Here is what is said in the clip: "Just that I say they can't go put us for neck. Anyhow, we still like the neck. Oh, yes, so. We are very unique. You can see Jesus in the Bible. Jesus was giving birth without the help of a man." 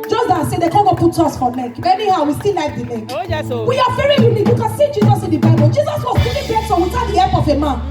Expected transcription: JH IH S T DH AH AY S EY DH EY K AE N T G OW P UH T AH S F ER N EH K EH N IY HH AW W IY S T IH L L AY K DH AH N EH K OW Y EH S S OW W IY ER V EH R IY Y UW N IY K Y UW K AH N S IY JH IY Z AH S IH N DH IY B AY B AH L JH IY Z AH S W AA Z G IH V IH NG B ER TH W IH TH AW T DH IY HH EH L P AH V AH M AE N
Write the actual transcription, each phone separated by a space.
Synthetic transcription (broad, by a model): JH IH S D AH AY S EY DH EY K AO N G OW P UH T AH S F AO N EH K EH N IY HH AW W IY S T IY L L AY K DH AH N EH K W IY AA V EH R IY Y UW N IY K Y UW K AH N S IY JH IY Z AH S IH N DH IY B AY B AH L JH IY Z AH S W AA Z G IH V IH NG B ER S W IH S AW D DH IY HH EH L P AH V AH M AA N